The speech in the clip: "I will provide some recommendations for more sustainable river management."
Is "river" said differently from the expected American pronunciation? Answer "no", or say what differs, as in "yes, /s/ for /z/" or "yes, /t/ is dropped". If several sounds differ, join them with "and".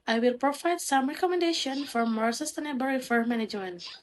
yes, /f/ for /v/